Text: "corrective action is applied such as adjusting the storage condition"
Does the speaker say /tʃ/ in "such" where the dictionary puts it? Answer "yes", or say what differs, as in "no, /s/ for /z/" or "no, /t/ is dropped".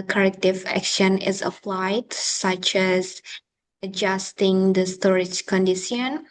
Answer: yes